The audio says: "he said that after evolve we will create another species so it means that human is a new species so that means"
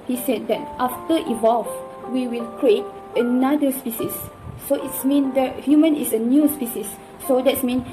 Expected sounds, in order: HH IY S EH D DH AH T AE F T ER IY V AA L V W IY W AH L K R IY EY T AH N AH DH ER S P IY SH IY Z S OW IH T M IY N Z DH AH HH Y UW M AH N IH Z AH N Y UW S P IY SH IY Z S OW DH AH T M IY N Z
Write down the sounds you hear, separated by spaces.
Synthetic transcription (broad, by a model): HH IY S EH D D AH T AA F T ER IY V AA L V W IY W AH L K R IY EY T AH N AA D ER S P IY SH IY S OW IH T M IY N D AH HH Y UW M AH N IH S AH N Y UW S P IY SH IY S OW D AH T M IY N